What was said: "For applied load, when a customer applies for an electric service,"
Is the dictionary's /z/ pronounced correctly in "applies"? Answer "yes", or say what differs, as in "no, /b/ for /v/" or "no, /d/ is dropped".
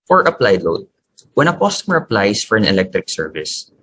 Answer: no, /s/ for /z/